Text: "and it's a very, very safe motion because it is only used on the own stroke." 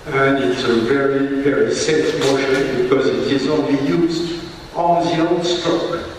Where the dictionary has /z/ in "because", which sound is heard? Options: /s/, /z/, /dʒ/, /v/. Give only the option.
/z/